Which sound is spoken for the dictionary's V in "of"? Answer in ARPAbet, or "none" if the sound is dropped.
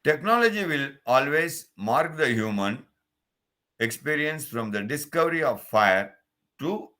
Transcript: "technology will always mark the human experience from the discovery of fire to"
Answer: V